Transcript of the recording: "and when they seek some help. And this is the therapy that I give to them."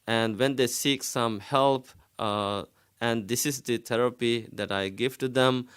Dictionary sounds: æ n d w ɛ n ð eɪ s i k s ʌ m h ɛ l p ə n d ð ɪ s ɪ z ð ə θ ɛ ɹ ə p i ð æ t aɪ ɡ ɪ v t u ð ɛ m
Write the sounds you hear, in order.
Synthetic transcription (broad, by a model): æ n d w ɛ n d eɪ s i k s ʌ m h ɛ l p ə n d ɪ s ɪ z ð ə t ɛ ɹ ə p i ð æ t aɪ ɡ ɪ v t u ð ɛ m